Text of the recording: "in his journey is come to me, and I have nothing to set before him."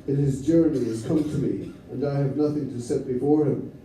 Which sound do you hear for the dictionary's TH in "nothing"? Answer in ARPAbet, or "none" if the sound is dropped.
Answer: TH